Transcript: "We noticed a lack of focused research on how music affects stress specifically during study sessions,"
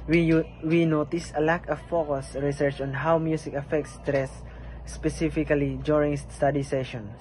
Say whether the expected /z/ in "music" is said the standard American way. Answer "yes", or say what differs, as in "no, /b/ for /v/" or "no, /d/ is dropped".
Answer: no, /s/ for /z/